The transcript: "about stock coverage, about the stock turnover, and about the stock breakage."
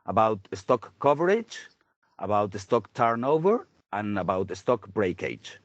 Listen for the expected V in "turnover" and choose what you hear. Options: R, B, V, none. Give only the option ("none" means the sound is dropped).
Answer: V